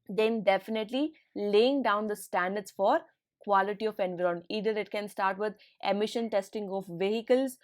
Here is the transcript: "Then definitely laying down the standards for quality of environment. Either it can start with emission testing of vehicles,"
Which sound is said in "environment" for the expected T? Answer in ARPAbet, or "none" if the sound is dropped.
none